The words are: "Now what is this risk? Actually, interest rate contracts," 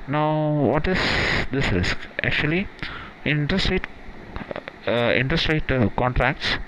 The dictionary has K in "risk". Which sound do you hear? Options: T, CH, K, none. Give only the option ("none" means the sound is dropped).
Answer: K